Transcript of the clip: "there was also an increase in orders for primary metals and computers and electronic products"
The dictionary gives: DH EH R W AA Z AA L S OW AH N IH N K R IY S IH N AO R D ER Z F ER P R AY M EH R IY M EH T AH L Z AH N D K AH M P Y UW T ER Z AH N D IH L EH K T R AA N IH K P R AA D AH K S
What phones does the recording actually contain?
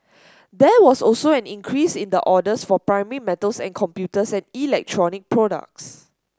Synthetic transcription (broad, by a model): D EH W AA S AA L S OW AH N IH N K R IY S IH N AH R D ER S F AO P R AY M EH R IY M EH T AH L S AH N K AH M P Y UW T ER S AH N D IH L EH K T R AA N IH K P R AA D AH K S